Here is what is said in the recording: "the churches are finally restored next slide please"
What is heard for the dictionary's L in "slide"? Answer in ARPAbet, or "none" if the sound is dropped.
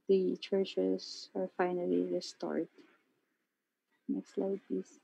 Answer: L